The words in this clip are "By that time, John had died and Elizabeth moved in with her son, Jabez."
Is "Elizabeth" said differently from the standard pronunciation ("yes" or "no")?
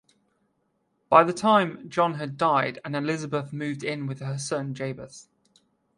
no